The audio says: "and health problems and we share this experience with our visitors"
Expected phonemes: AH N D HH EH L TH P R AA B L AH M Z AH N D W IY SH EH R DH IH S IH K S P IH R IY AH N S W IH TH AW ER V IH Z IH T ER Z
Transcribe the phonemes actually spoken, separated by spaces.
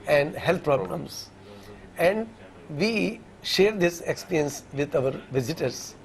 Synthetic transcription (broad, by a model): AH N D HH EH L T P R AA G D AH M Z AH N D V IY SH EH R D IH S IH K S P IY R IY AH N S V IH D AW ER V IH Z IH T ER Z